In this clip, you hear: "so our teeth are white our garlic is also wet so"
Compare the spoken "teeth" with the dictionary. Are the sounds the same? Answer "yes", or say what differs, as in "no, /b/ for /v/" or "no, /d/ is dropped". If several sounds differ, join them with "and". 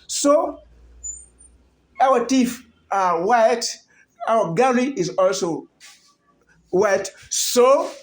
no, /f/ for /θ/